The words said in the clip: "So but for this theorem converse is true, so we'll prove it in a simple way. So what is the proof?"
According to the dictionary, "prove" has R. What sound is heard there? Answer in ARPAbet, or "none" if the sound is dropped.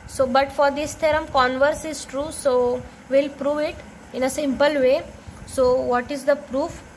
R